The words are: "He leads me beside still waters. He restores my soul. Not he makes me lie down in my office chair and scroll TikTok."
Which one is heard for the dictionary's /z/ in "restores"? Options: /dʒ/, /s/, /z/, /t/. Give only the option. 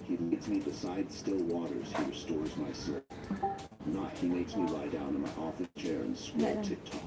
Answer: /z/